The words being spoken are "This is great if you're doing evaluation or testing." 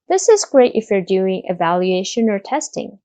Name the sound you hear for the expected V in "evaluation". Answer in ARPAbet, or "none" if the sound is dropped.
V